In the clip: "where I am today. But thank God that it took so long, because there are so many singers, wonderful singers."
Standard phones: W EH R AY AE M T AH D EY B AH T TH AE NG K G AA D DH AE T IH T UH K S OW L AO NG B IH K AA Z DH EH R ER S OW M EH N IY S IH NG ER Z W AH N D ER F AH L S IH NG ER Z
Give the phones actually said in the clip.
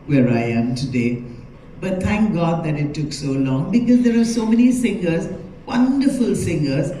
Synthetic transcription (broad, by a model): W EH R AY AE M T AH D EY B AH T T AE NG K G AA D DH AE T IH T UH K S OW L AO NG B IH K AA Z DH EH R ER S OW M EH N IY S IH NG ER Z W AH N D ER F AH L S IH NG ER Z